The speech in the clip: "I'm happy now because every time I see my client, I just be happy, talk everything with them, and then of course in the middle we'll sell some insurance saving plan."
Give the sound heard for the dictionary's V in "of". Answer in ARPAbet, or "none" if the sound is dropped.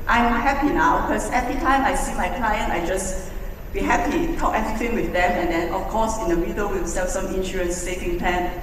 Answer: F